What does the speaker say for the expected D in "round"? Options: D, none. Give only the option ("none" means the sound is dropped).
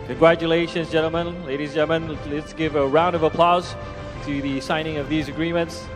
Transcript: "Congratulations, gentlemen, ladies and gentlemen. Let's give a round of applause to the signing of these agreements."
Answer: D